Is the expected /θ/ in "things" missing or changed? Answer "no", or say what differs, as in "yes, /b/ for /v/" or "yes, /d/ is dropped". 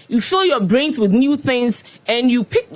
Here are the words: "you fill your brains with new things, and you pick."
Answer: no